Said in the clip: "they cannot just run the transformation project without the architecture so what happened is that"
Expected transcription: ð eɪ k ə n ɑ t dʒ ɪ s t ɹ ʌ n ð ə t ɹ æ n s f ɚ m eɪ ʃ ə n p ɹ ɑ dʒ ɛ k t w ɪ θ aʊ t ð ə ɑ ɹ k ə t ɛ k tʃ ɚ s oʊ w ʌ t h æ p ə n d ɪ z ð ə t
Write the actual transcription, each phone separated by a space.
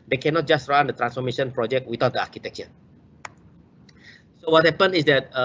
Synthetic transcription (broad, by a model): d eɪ k ə n ɑ t dʒ ɪ s t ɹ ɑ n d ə t ɹ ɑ n s f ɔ m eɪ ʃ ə n p ɹ ɑ dʒ ɛ k t w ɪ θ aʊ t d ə ɑ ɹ k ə t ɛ k tʃ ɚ s oʊ w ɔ t h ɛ p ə n ɪ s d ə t